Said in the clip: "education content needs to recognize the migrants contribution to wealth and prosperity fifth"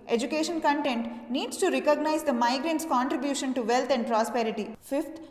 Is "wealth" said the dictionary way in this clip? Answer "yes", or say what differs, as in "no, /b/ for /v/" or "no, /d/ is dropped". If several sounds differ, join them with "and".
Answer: no, /t/ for /θ/